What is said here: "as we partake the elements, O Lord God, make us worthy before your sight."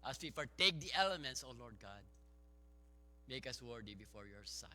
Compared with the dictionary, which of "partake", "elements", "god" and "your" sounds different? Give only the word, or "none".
partake